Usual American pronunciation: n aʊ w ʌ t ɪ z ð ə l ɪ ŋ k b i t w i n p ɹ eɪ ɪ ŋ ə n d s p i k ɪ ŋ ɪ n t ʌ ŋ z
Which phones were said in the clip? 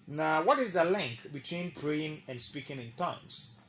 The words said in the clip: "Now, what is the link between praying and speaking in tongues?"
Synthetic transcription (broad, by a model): n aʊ w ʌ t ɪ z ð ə l ɪ ŋ k b i t w i n p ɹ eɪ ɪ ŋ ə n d s p i k ɪ ŋ ɪ n t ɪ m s